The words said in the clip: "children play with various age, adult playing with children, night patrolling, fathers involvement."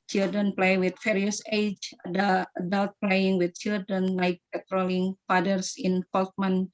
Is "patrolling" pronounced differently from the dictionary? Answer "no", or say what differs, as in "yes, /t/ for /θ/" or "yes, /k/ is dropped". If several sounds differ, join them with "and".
no